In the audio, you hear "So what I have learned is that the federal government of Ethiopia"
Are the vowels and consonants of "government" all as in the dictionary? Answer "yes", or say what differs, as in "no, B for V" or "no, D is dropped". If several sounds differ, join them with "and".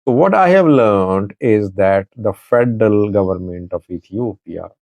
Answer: yes